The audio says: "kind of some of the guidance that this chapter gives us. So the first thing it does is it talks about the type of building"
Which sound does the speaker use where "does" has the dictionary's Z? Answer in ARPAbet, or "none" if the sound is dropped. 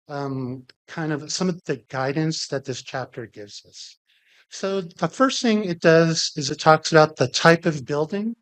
Z